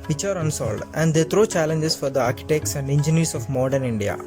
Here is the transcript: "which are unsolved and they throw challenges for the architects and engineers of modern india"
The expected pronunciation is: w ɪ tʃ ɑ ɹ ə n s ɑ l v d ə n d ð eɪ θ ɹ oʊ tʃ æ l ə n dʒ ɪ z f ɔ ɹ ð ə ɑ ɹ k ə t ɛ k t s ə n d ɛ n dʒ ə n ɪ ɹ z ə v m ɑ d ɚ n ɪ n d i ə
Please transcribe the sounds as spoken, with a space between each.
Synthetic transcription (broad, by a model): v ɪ tʃ ɑ ɹ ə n s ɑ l d ə n d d eɪ t ɹ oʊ tʃ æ l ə n dʒ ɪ s f ɔ ɹ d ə ɑ ɹ k ə t ɛ k t s ə n d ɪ n dʒ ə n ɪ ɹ s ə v m ɑ d ɚ n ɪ n d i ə